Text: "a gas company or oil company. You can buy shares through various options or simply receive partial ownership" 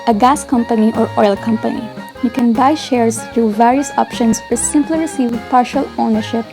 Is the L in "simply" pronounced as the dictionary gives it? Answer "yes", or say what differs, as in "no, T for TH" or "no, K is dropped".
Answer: yes